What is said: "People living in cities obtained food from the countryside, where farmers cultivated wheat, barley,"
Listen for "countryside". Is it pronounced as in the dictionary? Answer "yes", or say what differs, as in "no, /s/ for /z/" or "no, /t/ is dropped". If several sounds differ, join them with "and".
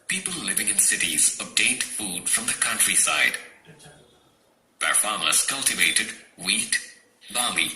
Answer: yes